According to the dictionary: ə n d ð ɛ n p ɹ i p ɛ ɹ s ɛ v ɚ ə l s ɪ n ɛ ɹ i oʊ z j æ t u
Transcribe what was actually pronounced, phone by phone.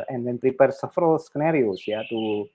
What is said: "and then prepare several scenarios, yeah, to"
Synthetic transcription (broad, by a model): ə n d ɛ n p ɹ i p ɛ ɹ s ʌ f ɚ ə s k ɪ n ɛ ɹ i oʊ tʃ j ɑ t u